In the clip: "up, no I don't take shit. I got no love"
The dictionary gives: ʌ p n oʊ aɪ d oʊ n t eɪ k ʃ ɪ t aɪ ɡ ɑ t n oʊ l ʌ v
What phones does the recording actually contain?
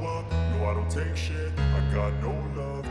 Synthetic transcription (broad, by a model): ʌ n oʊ aɪ d oʊ n t eɪ k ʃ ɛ aɪ ɡ ɑ t n oʊ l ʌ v